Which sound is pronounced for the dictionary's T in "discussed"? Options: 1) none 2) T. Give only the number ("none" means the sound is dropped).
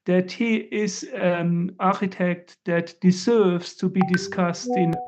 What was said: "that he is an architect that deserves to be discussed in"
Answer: 2